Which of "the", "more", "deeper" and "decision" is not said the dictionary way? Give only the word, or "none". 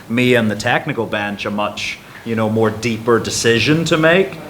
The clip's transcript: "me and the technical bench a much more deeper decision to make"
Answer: none